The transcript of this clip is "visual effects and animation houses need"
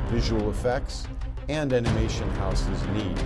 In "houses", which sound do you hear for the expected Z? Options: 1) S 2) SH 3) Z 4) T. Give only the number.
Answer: 3